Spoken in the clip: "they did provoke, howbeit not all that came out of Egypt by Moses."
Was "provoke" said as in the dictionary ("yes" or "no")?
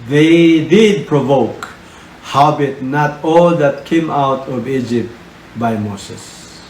yes